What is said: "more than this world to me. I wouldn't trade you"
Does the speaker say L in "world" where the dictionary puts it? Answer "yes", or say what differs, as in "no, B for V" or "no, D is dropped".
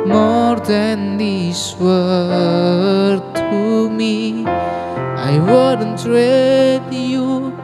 no, L is dropped